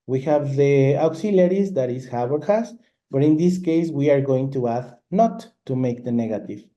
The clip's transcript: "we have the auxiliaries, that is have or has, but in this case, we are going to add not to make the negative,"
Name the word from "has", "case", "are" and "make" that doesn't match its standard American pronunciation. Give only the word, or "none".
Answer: has